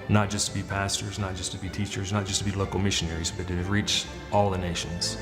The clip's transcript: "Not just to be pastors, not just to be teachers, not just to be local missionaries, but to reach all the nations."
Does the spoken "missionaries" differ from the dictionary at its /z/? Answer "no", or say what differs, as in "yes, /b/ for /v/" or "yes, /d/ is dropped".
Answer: no